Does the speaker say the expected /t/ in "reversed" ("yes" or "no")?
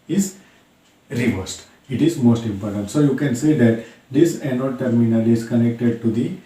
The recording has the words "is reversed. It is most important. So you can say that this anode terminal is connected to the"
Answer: yes